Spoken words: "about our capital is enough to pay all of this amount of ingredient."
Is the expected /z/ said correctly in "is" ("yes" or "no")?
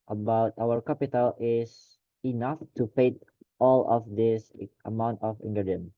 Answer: no